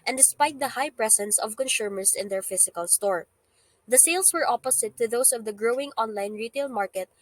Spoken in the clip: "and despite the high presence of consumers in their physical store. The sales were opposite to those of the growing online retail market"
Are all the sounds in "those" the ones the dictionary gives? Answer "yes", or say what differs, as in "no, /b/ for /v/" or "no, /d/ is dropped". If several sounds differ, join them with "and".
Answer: no, /s/ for /z/